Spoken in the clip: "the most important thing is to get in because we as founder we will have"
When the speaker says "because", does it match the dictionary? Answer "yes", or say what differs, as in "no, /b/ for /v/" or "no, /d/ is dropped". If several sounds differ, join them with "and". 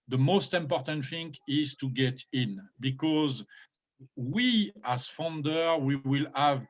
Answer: yes